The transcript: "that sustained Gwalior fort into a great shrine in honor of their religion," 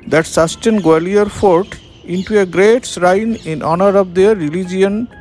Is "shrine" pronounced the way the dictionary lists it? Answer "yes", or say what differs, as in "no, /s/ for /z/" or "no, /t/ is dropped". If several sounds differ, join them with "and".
no, /s/ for /ʃ/